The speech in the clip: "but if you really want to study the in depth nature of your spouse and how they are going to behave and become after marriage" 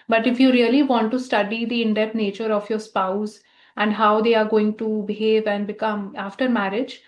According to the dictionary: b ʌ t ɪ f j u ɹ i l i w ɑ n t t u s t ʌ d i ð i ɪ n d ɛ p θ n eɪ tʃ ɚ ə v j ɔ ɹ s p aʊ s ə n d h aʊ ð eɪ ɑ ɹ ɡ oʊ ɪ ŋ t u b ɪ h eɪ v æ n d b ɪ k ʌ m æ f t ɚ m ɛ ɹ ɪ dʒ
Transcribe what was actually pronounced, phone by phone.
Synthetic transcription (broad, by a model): b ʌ t ɪ f j u ɹ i l i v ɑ n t t u s t ʌ d i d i ɪ n d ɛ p t n eɪ tʃ ɚ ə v j ɔ ɹ s p aʊ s ə n d h aʊ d eɪ ɑ ɹ ɡ oʊ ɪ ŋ t u b ɪ h eɪ v æ n d b ɪ k ʌ m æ f t ɚ m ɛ ɹ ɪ dʒ